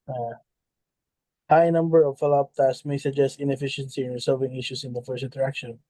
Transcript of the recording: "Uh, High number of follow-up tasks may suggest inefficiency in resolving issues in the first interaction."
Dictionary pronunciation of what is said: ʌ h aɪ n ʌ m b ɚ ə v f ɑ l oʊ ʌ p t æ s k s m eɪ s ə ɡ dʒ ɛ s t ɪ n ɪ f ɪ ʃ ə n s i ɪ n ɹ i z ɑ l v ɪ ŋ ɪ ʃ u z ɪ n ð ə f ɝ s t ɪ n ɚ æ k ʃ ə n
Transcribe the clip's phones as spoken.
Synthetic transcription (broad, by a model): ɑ h aɪ n ʌ m b ɚ ə v f ɑ l oʊ ʌ p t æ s s m eɪ s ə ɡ dʒ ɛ s t ɪ n ɪ f ɪ ʃ ə n s i ɪ n ɹ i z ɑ l v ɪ ŋ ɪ ʃ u s ɪ n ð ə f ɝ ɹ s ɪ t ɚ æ k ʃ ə n